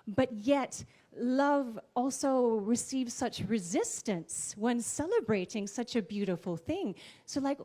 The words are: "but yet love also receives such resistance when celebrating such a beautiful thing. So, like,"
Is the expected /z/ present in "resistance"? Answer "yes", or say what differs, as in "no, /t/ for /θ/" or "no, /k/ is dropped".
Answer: yes